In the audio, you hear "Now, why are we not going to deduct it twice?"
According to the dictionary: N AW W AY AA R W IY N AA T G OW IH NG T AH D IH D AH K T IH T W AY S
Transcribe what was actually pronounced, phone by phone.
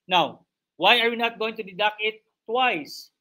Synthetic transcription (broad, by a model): N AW W AY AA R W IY N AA T G OW IH NG T AH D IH D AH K IH T W AY S